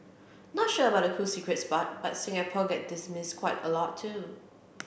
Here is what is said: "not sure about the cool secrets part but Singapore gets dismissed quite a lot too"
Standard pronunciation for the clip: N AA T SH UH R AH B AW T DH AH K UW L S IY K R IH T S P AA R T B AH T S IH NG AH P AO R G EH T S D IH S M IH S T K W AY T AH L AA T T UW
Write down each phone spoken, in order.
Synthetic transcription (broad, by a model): N AA T SH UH AH B AW T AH K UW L S IY K R IH T S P AA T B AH T S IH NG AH P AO G EH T D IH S M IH S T K W AY T AH L AA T T UW